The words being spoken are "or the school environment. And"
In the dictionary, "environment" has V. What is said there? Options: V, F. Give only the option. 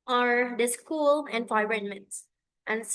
F